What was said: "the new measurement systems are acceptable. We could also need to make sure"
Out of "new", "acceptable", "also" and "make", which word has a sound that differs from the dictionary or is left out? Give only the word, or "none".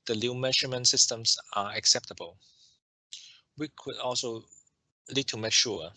new